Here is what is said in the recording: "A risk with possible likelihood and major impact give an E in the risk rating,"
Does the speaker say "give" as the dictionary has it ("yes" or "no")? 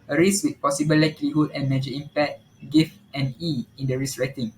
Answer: no